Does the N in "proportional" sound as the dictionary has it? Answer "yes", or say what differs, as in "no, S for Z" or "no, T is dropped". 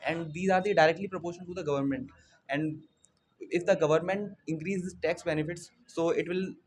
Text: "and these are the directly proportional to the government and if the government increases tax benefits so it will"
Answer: no, N is dropped